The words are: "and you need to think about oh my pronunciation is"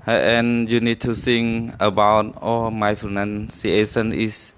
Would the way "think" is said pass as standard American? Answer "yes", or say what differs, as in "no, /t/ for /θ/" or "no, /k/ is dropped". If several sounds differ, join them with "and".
no, /s/ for /θ/ and /k/ is dropped